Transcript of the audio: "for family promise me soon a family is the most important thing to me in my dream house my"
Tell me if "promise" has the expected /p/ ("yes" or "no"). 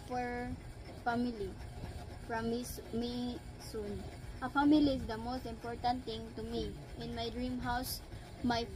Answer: no